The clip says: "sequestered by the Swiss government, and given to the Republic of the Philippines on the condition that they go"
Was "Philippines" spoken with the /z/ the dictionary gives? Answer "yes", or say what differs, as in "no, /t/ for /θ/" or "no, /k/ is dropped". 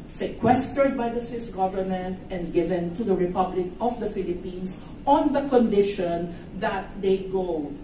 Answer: no, /s/ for /z/